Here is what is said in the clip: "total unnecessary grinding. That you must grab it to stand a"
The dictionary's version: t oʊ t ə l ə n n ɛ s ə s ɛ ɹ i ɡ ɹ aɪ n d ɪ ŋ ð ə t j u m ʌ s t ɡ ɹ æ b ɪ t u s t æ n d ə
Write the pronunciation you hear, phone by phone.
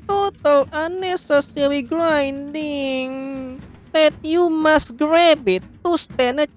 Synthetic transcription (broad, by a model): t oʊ t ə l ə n n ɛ s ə s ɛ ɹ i ɡ ɹ aɪ n d ɪ ŋ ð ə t j u m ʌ s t ɡ ɹ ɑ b ɪ t u s t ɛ n ə